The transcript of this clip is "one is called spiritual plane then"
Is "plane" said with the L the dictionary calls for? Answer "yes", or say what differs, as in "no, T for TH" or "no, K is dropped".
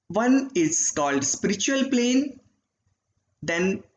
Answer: yes